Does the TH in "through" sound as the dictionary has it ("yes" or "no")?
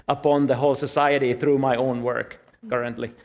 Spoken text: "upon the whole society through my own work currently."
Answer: yes